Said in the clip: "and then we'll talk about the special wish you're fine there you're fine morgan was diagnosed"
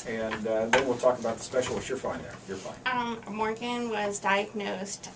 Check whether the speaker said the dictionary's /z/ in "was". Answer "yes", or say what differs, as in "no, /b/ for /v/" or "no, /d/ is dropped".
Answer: yes